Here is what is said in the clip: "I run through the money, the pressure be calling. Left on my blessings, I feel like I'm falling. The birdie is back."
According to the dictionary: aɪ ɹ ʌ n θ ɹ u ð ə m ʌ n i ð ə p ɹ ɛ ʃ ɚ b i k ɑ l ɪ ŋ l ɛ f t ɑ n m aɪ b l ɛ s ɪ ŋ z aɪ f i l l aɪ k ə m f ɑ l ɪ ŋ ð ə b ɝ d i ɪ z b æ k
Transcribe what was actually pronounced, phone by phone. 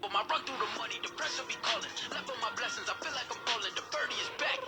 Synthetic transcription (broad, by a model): aɪ ɹ ʌ n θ ɹ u ð ə m ʌ n i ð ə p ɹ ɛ s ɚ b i k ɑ l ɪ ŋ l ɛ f ɑ m aɪ b l ɛ s ɪ ŋ z aɪ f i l l aɪ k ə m p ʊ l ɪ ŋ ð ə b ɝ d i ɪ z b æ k